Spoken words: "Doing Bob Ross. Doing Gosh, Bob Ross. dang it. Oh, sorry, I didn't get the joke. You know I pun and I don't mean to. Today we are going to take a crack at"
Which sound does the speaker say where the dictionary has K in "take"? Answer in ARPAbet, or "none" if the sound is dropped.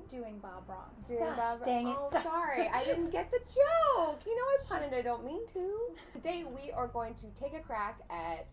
K